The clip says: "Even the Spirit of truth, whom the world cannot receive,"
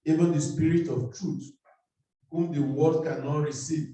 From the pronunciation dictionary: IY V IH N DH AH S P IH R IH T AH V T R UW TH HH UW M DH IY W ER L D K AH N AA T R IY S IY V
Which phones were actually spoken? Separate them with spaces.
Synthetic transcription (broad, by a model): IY V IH N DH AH S P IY R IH T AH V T R UW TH HH UW M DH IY W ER D K AH N AA T R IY S IY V